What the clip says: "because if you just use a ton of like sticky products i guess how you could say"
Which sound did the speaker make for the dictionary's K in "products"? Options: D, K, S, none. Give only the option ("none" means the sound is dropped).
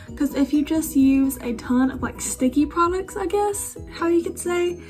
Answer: K